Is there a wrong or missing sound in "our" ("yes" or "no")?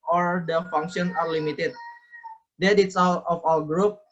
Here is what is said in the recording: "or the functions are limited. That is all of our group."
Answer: yes